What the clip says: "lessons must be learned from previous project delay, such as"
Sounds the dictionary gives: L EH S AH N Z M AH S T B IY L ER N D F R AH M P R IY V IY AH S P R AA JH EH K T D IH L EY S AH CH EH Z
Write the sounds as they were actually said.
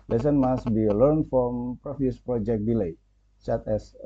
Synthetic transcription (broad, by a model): L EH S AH N M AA S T B IY L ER N F R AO M P R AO F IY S P R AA JH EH K D IH L EY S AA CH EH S